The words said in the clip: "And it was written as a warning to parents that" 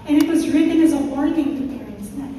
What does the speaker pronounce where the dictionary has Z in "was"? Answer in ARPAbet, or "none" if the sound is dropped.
Z